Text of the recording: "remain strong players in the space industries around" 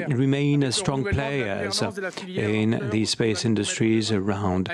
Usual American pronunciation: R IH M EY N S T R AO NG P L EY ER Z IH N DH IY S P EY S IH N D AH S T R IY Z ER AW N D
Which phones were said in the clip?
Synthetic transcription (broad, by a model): R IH M EY N S T R AO NG P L EY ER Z IH N DH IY S P EY S IH N D AH S T R IY Z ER AW N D